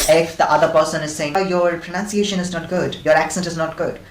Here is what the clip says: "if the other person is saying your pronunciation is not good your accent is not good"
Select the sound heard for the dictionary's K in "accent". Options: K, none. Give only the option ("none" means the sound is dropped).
K